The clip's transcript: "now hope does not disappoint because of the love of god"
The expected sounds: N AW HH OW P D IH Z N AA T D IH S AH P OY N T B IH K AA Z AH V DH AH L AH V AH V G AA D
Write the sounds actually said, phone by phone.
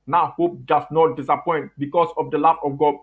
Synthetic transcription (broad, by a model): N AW HH OW P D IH S N AA T D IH S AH P OY N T B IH K AA S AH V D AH L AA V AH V G AA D